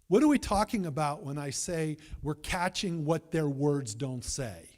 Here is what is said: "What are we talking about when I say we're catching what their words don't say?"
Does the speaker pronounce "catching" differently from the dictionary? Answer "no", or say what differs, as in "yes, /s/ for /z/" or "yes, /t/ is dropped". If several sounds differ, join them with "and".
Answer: no